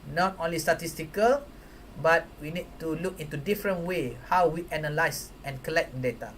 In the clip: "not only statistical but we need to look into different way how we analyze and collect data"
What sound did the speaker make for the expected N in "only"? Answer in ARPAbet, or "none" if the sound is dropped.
N